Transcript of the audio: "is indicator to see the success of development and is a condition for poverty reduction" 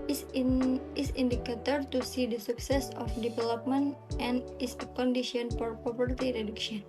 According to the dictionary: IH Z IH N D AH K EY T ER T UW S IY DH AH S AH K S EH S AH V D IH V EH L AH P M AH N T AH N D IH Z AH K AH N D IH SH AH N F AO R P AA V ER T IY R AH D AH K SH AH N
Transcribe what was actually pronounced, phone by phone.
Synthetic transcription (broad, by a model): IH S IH N D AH K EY T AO T UW S IY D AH S AH K S EH S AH F D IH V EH L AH P M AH N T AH N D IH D AH K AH N D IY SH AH N F AO R P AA P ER T IY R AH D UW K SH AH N